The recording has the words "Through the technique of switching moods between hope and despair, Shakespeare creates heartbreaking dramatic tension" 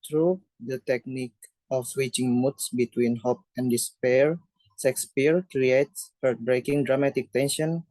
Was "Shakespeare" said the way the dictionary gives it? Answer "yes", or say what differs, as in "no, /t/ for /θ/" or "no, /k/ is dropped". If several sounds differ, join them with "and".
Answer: no, /s/ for /ʃ/